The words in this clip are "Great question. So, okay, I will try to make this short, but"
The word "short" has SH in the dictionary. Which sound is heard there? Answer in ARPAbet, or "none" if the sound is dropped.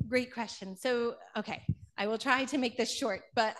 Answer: SH